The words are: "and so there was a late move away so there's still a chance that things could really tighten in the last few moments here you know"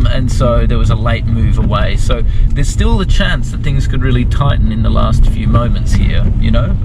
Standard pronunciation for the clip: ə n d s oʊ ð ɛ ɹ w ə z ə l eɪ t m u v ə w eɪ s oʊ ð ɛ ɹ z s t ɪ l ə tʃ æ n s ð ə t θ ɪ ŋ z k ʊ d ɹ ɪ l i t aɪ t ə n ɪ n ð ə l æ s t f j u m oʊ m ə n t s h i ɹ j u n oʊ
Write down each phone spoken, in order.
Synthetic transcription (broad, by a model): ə n s oʊ ð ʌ ɹ w ə z ə l eɪ t m u v ə w eɪ s oʊ ð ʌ ɹ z s t ɪ l ə tʃ æ n s ð ə t θ ɪ ŋ z k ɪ d ɹ ɪ l i t aɪ t n ɪ n ð ə l æ s t f j u m oʊ m ə n t s h i ɹ j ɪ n oʊ